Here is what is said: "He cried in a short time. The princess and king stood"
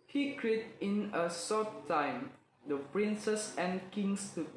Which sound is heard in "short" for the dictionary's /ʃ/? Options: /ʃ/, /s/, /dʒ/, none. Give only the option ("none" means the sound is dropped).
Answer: /s/